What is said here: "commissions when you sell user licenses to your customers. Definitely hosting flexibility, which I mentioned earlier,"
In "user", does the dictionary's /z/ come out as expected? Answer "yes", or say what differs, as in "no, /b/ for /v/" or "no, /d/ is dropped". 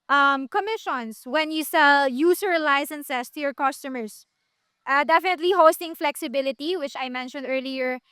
no, /s/ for /z/